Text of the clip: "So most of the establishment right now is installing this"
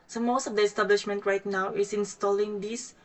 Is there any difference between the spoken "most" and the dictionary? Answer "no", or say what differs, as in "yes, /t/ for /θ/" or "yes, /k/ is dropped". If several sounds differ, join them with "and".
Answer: no